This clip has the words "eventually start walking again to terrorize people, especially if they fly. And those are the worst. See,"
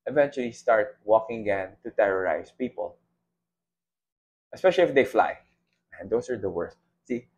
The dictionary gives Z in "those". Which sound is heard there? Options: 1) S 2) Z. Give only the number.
1